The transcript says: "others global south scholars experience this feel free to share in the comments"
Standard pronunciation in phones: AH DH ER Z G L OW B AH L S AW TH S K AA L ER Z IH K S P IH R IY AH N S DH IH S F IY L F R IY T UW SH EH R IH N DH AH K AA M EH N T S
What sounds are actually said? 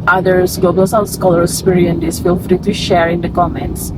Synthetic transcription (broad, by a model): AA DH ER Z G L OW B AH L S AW S K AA L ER IH K S P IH R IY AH N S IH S F IY L F R IY T UW SH EH R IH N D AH K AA M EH N T S